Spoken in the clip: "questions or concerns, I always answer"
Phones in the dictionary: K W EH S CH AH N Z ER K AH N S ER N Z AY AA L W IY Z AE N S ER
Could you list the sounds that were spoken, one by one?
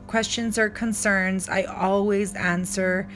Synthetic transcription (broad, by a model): K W EH S CH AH N Z ER K AH N S ER N Z AY AA L W IY Z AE N S ER